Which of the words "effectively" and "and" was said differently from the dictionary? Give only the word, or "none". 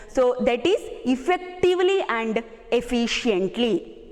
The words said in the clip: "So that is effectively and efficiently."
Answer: none